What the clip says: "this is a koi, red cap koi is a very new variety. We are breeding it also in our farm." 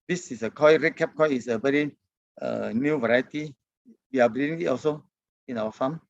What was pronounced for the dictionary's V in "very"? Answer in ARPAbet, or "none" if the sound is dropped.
B